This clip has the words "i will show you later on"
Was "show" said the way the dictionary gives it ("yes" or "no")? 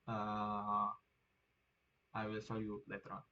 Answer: no